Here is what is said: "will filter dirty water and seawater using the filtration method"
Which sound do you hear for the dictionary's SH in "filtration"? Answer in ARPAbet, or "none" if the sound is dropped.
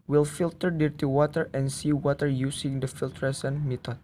S